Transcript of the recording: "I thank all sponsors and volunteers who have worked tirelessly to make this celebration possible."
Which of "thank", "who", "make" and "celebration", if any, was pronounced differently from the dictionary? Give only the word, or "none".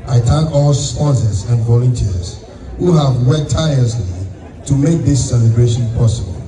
thank